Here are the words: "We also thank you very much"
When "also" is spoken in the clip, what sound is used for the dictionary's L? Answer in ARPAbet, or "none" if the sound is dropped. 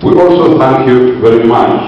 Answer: L